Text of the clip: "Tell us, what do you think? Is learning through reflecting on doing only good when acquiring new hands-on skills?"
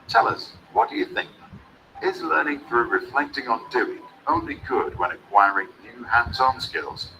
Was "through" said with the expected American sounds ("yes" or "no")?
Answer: yes